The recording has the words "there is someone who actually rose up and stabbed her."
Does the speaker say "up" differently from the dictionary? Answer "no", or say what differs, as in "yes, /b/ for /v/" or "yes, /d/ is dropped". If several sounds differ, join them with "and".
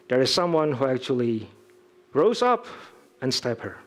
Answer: no